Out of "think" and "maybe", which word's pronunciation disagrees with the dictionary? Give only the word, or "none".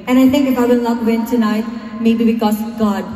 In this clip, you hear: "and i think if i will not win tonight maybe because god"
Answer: think